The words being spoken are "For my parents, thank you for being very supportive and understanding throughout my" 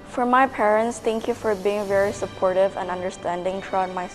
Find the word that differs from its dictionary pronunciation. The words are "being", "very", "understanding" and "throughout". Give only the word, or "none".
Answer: throughout